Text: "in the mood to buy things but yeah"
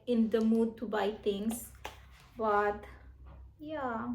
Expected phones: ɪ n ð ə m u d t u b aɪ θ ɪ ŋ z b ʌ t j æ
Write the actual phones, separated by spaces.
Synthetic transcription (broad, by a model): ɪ n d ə m u d t u b aɪ t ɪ ŋ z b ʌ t j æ